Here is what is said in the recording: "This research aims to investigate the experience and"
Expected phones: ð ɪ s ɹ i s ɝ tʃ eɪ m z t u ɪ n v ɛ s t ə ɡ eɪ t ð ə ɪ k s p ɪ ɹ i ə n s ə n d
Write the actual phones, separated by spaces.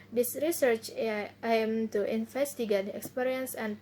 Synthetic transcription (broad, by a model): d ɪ s ɹ i s ɝ tʃ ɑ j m t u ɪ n f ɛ s t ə ɡ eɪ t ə k s p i ɹ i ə n s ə n